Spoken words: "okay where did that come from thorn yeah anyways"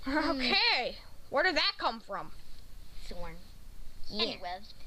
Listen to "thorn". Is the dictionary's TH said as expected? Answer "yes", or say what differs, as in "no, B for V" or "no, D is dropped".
no, S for TH